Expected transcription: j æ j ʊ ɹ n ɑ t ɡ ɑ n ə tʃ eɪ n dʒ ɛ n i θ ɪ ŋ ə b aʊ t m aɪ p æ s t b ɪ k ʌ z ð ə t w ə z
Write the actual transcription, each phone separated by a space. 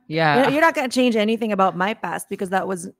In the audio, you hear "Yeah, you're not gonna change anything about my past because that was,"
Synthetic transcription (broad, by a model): j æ j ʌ ɹ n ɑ t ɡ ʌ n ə tʃ eɪ n dʒ ɛ n i θ ɪ ŋ ə b aʊ t m aɪ p æ s t b ɪ k ʌ z ð ə t w ə z